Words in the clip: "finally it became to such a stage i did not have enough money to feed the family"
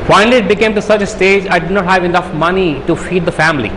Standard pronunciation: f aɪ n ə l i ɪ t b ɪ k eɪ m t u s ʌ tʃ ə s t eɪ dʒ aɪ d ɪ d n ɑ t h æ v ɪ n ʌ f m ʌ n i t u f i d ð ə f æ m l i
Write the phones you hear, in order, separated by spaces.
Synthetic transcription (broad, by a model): f aɪ n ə l i ɪ t b ɪ k eɪ m t u s ʌ tʃ ə s t eɪ dʒ aɪ d ɪ d n ɑ t h æ v ɪ n ʌ f m ʌ n i t u f i d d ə f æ m l i